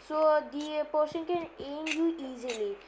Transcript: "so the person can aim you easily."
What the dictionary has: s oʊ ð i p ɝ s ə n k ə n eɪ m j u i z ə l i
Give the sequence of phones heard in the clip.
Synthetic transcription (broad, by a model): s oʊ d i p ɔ ʃ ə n k ə n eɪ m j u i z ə l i